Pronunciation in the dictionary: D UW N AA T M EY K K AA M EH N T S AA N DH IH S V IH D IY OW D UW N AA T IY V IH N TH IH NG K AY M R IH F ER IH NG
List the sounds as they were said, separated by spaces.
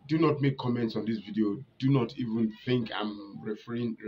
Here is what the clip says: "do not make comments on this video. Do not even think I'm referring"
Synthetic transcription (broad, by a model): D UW N AA T M EY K K AA M EH N T S AA N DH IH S V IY D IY OW D UW N AA T IY V IH N TH IH NG K AY M R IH F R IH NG